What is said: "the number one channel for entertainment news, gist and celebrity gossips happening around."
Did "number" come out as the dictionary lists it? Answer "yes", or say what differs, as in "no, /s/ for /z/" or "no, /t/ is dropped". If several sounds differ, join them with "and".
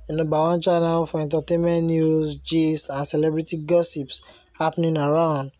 no, /m/ is dropped